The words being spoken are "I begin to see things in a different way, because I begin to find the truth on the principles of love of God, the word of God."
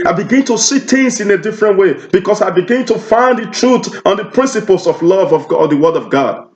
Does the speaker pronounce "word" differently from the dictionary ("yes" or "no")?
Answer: no